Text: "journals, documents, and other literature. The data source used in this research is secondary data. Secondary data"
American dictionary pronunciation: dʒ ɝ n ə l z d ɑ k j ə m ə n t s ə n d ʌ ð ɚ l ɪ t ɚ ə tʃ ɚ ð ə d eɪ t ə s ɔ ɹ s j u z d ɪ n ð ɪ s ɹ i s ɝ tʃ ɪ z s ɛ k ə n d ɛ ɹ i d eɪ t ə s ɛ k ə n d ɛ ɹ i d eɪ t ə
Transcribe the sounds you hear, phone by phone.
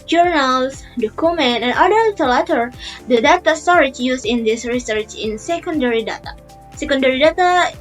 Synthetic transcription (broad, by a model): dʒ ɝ n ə l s d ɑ k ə m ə n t ə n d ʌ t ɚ l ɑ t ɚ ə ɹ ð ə d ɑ t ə s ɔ ɹ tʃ j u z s ɪ n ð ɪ s ɹ i s ɝ tʃ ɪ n s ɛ k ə n d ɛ ɹ i d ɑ t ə s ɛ k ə n d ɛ ɹ i d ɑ t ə